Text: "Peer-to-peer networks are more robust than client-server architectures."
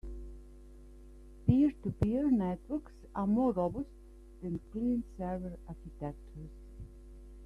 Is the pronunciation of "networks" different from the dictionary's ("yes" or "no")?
no